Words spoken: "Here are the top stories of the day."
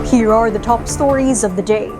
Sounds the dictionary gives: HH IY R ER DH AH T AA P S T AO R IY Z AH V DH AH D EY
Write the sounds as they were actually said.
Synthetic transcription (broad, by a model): HH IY R ER DH AH T AA P S T AO R IY Z AH V DH AH D EY